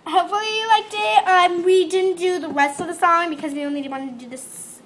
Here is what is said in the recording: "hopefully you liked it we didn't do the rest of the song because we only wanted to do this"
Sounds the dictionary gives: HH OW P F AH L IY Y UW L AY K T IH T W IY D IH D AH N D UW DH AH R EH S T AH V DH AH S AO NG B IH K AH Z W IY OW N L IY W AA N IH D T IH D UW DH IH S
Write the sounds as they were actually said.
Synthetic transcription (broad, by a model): HH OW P F L IY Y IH L AY K T IH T W IY D IH D N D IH DH AH R EH S T AH V DH AH S AO NG B IH K AH Z W IY OW N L IY W AA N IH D T IH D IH DH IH S